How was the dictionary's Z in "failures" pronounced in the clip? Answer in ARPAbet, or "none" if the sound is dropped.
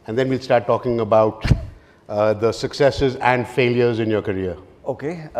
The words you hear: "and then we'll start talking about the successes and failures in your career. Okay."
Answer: Z